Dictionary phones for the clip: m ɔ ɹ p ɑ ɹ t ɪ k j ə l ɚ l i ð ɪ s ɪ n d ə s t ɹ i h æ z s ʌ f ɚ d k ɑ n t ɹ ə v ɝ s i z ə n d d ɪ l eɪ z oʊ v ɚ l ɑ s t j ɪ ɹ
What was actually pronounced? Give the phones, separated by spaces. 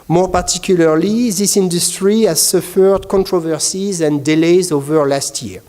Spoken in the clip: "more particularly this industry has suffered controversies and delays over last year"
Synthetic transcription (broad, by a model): m ɔ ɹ p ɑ ɹ t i k j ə l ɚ l i ð ɪ s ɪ n d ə s t ɹ i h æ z s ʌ f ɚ d k ɑ n t ɹ ə v ɝ s i z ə n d d ɪ l eɪ z oʊ v ɚ l ɑ s t j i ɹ